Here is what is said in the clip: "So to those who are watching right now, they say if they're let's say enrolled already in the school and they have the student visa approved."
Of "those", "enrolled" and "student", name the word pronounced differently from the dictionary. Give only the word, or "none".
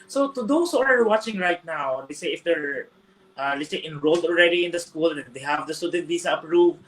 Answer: those